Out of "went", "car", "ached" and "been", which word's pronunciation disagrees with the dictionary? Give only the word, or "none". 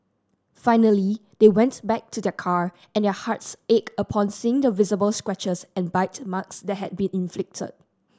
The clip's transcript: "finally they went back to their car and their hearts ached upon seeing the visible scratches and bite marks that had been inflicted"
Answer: ached